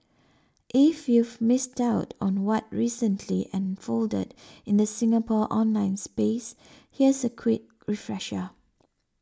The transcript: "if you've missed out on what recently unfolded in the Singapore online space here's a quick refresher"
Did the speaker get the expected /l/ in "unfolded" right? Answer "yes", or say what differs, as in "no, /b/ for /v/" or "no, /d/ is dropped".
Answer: yes